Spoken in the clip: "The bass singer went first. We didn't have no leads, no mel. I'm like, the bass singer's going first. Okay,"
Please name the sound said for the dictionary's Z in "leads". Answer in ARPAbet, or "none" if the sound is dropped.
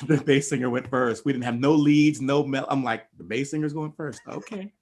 Z